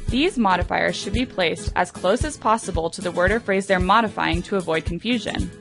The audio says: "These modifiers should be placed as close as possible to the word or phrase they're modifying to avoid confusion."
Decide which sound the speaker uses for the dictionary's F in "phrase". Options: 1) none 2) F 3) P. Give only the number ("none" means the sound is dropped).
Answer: 2